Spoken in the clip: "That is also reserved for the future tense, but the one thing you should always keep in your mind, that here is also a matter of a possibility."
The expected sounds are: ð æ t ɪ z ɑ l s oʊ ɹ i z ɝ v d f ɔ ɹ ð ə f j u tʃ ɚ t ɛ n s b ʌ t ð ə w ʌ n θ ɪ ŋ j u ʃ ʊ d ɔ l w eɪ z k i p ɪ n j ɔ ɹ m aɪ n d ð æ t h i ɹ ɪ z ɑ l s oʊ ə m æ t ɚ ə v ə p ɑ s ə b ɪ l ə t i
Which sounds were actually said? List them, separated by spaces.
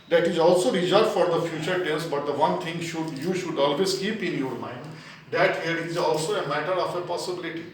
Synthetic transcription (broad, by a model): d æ t ɪ z ɑ l s oʊ ɹ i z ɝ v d f ɔ ɹ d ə f j u tʃ ɚ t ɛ l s b ʌ t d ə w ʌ n t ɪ ŋ j u ʃ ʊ d ɔ l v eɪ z k i p ɪ n j ɔ ɹ m aɪ n d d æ t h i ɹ ɪ z ɑ l s oʊ ə m æ t ɚ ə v ə p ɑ s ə b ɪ l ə t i